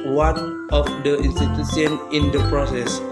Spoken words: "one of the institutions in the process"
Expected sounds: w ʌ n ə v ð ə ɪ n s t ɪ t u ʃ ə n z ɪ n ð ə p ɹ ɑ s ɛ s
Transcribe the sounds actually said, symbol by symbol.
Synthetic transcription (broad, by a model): w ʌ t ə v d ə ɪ n s t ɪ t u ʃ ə n ɪ n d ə p ɹ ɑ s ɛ s